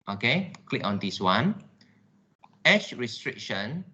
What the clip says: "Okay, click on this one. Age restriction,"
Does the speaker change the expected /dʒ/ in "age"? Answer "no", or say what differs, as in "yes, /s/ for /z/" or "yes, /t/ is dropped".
yes, /ʃ/ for /dʒ/